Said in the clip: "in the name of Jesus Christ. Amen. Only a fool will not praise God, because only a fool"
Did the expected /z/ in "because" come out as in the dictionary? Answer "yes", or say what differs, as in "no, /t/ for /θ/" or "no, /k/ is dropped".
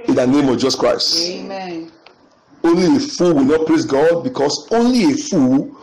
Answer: no, /s/ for /z/